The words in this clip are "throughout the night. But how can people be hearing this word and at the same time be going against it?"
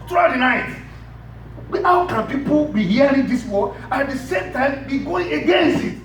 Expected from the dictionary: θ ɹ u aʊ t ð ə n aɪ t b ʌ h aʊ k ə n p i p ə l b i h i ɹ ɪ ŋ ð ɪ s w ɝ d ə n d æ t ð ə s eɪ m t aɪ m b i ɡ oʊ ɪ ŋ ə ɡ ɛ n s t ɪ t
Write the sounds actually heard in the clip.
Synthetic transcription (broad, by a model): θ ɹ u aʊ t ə n aɪ t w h aʊ k ə n p i p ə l b i h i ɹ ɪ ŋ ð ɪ s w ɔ ə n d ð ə s eɪ m t aɪ m b i ɡ oʊ ɪ ŋ ə ɡ ɛ n s t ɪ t